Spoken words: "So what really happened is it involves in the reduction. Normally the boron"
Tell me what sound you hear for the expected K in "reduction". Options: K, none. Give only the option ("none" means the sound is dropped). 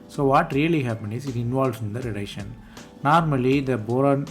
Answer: none